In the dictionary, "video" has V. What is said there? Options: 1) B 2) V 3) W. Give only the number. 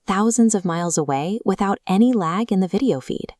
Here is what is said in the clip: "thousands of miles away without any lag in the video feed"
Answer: 2